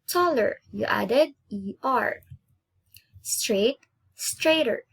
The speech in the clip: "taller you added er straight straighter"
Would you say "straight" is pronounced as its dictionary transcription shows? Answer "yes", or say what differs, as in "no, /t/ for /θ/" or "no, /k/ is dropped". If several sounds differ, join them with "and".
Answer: yes